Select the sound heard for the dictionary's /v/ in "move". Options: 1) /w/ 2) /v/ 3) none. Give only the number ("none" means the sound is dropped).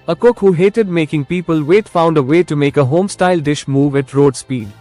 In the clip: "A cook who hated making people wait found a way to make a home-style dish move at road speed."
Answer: 2